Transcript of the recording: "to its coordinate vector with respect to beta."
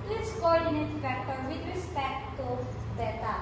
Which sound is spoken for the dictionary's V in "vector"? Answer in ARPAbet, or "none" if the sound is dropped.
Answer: F